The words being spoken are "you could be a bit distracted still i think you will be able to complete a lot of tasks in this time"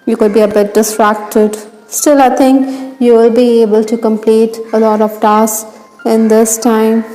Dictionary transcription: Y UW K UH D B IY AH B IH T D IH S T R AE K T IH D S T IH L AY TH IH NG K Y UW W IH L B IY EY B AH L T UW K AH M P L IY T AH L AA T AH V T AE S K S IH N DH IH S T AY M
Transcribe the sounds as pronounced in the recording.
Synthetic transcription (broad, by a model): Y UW K UH D B IY AH B IH T D IH S T R AE K T IH D S T IH L AY T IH NG K Y UW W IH L B IY EY B AH L T UW K AH M P L IY T AH L AA T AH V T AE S S IH N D IH S T AY M